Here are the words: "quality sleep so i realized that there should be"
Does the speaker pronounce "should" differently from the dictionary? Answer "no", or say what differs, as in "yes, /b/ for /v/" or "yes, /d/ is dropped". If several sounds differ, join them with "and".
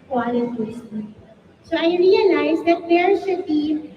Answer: yes, /s/ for /ʃ/